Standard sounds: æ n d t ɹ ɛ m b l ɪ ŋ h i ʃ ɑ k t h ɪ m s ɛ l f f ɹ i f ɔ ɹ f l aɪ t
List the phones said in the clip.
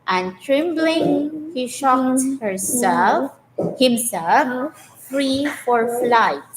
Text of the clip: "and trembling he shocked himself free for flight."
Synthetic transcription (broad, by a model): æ n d t ɹ ɛ m b l ɪ ŋ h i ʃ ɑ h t h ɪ m s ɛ l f f ɹ i f ɔ ɹ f l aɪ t